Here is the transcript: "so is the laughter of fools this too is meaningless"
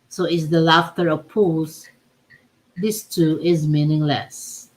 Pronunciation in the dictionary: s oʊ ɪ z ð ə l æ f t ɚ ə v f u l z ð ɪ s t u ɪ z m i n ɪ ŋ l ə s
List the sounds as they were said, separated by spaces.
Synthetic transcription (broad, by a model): s oʊ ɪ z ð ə l æ f t ɚ ə v p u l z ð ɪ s t u ɪ z m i n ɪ ŋ l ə s